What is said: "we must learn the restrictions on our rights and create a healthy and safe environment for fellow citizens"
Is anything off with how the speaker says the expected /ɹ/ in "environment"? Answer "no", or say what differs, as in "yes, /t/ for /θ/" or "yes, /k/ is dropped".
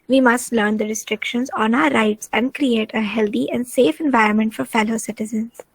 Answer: no